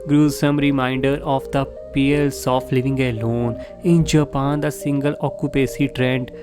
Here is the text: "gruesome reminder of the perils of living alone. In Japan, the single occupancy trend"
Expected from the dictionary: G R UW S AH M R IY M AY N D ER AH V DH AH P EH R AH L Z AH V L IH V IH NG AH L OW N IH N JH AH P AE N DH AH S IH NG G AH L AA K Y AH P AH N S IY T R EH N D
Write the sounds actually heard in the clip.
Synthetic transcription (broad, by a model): G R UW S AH M R IY M AY N D ER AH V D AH P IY AH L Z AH F L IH V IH NG AH L OW N IH N JH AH P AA N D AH S IH NG G AH L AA K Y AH P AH S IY T R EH N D